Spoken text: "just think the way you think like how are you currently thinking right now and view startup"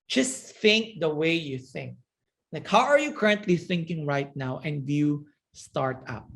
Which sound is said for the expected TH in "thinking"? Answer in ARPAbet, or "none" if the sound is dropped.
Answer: TH